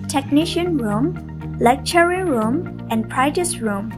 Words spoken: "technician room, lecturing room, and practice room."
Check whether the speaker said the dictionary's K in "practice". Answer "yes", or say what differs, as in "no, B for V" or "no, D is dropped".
no, K is dropped